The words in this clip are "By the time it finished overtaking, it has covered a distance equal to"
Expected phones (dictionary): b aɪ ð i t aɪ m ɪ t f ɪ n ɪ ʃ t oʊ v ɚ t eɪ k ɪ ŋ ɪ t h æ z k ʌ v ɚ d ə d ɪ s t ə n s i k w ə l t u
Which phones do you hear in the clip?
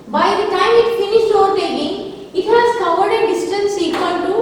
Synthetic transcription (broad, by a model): b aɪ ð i t aɪ m ɪ t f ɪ n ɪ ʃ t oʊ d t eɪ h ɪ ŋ ɪ t h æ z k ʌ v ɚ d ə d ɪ s t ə n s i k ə n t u